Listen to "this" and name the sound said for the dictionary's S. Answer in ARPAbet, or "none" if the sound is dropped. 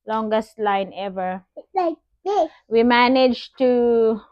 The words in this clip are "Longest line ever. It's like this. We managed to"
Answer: none